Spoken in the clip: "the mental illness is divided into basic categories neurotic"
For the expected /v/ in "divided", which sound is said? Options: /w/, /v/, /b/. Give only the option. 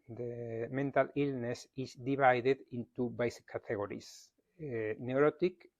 /b/